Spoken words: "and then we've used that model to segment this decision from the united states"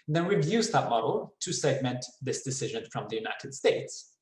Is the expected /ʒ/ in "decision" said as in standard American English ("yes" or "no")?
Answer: yes